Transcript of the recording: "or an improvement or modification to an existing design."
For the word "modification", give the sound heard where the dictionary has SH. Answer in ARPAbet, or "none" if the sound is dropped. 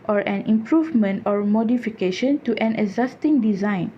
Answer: SH